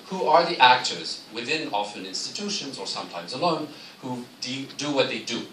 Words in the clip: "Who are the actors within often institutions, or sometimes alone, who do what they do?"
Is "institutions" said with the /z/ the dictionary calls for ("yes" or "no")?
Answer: yes